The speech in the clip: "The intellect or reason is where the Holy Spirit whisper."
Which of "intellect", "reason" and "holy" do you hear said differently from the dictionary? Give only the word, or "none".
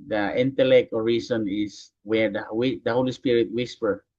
reason